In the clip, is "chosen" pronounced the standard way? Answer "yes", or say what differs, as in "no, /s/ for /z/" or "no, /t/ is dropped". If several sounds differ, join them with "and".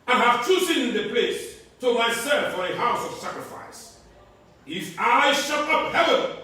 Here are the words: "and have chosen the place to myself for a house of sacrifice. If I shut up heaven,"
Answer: no, /s/ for /tʃ/